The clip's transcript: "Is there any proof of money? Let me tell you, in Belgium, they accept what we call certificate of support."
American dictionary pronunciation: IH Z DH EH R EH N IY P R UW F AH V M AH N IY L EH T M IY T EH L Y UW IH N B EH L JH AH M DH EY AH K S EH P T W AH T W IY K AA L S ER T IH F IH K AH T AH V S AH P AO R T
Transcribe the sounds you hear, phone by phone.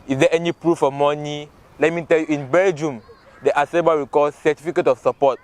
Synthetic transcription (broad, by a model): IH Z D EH EH N IY P R UW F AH M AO N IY L EH T M IY T EH L Y UW IH N B EH L JH AH M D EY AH S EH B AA W IY K AA L S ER T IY F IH K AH T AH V S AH P AO T